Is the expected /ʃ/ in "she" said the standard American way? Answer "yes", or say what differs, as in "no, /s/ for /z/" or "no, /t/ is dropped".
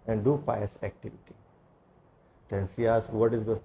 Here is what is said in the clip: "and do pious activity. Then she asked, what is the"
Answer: no, /s/ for /ʃ/